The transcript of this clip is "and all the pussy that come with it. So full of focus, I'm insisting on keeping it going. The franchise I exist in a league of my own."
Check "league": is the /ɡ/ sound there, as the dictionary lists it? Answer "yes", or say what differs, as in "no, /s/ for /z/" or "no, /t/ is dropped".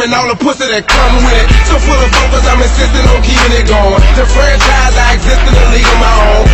no, /ɡ/ is dropped